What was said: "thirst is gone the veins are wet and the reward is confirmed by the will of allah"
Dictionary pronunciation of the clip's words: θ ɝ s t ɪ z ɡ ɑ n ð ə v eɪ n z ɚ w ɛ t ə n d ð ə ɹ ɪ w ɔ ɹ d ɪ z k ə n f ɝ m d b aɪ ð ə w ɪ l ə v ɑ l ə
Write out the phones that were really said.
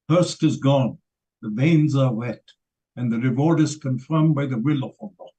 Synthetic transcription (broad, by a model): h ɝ s t ɪ z ɡ ɑ n ð ə v eɪ n z ɚ w ɛ t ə n ð ə ɹ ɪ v ɔ ɹ d ɪ z k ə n f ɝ m b aɪ ð ə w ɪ l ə f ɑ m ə